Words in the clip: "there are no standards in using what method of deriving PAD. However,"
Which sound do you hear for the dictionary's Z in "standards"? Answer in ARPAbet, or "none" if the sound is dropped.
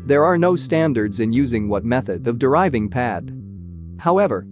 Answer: Z